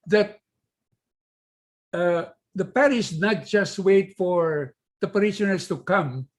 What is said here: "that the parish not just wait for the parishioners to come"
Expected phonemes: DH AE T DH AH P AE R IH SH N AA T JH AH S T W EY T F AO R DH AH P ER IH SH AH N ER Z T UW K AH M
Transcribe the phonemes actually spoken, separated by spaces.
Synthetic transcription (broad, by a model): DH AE T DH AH P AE R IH S N AA T JH AH S T W EY T F AO R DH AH P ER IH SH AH N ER S T UW K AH M